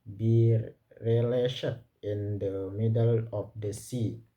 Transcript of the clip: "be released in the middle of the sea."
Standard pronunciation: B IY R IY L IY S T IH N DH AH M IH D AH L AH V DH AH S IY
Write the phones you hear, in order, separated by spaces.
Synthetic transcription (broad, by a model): B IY R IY L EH SH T IH N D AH M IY D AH L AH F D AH S IY